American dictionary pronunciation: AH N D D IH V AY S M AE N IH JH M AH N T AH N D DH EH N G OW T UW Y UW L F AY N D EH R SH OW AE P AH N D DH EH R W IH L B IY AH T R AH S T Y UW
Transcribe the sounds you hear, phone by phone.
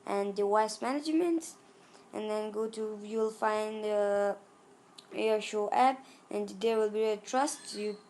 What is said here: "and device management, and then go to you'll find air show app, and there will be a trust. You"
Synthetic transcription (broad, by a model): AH N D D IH W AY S M AE N IH JH M AH N T AH N D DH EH N G OW T UW Y UW L F AY N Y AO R SH OW AE P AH N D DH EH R W IH L B IY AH T R AH S T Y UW